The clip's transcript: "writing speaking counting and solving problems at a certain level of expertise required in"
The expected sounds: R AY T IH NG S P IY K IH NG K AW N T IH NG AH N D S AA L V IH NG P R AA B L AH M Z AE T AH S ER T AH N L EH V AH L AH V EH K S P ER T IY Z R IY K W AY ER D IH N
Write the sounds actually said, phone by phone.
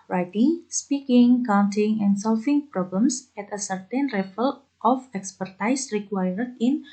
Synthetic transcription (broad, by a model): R AY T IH NG S P IY K IH NG K AW N T IH NG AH N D S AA L F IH NG P R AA B L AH M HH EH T AH S ER T AH N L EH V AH L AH F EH K S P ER T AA S R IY K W AY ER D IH N